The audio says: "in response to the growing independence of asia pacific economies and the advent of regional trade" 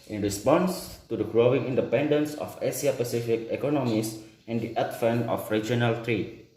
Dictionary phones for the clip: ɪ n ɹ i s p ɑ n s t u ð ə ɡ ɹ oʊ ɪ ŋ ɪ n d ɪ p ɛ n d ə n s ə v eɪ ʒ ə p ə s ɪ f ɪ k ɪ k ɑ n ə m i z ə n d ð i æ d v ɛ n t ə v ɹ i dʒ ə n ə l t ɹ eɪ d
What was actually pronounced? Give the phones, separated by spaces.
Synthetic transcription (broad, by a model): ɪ n ɹ i s p ɑ n s t u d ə ɡ ɹ oʊ ɪ ŋ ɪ n d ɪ p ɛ n d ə n s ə f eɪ s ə p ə s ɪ f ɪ k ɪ k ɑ n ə m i s ə n d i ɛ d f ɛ n ə f ɹ i dʒ ə n ə l t ɹ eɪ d